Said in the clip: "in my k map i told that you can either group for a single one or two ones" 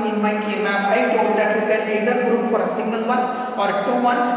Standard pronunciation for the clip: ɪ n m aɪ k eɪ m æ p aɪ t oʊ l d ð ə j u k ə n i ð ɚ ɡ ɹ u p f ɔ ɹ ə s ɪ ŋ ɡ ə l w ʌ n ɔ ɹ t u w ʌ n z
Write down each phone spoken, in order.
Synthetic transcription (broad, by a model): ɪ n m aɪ k eɪ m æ b aɪ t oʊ d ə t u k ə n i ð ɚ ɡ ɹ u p f ɔ ɹ ə s ɪ ŋ ɡ ə l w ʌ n ɔ ɹ t u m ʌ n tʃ